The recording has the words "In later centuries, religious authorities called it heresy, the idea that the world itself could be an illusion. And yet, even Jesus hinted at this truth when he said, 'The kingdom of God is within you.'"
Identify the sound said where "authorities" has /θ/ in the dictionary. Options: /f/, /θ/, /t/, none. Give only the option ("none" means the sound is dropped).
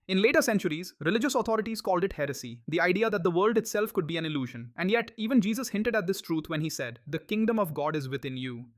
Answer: /t/